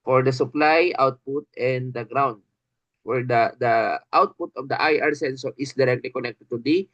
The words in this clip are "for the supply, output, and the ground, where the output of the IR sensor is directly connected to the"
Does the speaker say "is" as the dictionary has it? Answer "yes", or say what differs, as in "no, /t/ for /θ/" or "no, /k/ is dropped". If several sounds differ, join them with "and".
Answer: no, /s/ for /z/